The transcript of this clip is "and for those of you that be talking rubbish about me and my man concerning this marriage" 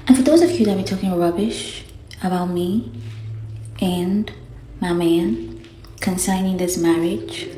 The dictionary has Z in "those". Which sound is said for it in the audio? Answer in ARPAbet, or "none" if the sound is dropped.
Z